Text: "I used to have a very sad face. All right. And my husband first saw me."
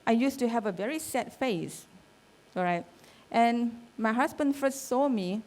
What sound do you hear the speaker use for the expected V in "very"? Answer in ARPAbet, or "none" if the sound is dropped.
V